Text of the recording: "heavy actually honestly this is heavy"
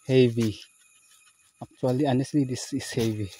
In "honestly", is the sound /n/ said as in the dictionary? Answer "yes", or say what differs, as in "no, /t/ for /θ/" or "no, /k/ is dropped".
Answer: yes